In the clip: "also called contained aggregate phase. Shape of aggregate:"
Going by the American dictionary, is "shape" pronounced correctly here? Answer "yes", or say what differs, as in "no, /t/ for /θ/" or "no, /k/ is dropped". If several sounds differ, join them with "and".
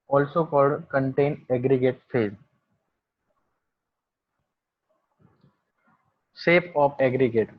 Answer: no, /s/ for /ʃ/